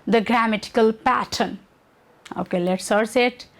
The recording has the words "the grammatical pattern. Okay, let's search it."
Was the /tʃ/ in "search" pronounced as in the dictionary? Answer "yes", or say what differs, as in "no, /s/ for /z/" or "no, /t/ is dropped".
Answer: no, /s/ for /tʃ/